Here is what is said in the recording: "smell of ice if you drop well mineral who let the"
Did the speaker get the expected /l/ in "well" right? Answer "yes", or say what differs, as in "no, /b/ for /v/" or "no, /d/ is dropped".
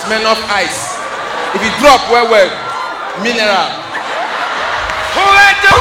no, /w/ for /l/